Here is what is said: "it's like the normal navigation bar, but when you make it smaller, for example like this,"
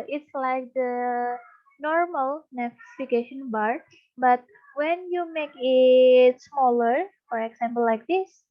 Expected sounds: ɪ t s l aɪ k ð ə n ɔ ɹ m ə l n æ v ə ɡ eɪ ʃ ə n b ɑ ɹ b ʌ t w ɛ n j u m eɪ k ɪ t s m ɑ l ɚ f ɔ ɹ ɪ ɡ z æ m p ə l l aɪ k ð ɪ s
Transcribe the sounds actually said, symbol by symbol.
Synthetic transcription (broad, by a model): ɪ t s l aɪ k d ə n ɔ ɹ m ə l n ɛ f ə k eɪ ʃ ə n b ɑ ɹ b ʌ t w ɛ n j u m eɪ k ɪ t s m ɑ l ɚ f ɔ ɹ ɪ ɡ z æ m p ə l l aɪ k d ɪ s